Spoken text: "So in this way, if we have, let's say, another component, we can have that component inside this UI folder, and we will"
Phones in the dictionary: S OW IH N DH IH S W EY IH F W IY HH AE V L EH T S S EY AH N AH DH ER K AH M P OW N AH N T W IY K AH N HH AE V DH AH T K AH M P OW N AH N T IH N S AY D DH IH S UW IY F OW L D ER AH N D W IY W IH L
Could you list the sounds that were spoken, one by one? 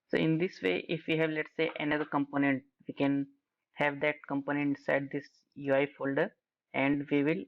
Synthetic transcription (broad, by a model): S OW IH N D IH S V EY IH F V IY HH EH V L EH T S S EY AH N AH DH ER K AH M P OW N AH N T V IY K AH N HH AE V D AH T K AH M P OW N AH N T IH S AY D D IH S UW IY F OW L D ER AH N D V IY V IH L